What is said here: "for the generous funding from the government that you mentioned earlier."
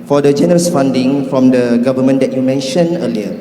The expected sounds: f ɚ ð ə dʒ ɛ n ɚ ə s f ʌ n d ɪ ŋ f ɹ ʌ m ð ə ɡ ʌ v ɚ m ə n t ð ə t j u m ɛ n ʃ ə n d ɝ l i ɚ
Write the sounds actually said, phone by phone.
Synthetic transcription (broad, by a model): f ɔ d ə dʒ ɛ n ɚ ə s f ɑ n d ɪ ŋ f ɹ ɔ m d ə ɡ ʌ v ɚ m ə n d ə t j u m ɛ n ʃ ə n ɝ l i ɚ